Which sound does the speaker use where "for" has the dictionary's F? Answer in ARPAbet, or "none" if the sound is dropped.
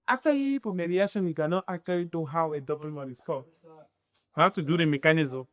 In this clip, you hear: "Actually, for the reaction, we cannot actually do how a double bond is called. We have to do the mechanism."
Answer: P